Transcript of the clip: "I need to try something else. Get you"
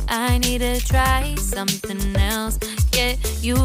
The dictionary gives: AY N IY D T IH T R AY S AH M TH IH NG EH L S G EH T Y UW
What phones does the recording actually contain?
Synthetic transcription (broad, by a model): AY N IY D T IH T R AY S AH M TH IH NG EH L S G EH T Y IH